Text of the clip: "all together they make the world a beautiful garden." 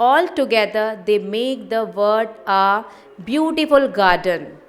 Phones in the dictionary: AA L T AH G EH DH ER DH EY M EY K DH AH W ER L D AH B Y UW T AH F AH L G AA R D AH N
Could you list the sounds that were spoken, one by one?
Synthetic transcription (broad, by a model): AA L T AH G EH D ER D EY M EY K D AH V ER D AH B Y UW T AH F AH L G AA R D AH N